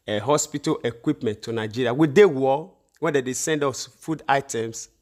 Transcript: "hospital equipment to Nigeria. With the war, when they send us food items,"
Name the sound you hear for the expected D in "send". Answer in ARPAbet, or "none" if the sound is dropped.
D